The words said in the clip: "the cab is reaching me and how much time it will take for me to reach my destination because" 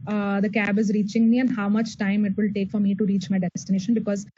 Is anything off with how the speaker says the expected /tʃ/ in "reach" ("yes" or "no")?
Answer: no